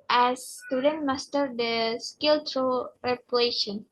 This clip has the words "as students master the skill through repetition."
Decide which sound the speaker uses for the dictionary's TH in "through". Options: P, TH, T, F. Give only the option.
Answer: T